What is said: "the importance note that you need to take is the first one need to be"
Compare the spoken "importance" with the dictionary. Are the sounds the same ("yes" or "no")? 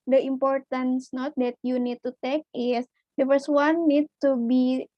yes